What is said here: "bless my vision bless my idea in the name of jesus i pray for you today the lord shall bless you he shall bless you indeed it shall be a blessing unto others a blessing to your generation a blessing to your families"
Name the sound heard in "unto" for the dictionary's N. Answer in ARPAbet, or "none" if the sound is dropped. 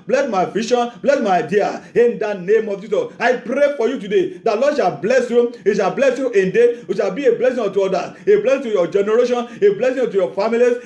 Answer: none